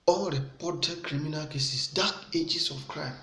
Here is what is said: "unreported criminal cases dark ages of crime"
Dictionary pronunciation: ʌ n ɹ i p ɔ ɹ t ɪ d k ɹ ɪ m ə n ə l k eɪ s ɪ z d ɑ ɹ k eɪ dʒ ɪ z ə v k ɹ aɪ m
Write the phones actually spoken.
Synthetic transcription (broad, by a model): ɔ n ɹ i p ɔ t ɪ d k ɹ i m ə n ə l k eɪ s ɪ s d ɑ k eɪ dʒ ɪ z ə f k ɹ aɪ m